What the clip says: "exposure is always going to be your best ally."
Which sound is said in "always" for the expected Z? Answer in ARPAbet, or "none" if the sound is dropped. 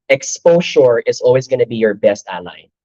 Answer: Z